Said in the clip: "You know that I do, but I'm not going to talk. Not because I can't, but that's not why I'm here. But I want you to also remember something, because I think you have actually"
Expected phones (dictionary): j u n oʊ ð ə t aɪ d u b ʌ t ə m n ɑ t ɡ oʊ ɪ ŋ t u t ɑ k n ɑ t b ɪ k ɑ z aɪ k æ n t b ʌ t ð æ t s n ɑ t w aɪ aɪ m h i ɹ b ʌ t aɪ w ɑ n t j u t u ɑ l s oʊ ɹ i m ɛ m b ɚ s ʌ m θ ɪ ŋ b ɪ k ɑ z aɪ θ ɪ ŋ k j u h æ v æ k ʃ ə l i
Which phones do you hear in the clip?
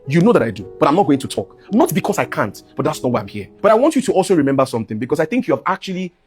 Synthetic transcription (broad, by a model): j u n oʊ ð ə t aɪ d u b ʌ t ə m n ɑ t ɡ oʊ ɪ ŋ t u t ɑ k n ɑ t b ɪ k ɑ s aɪ k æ n t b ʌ t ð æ t s n ɑ t w aɪ aɪ m h i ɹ b ʌ t aɪ w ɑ n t j u t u ɑ l s oʊ ɹ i m ɛ m b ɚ s ʌ m θ ɪ ŋ b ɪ k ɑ s aɪ θ ɪ ŋ k j u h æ v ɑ k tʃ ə l i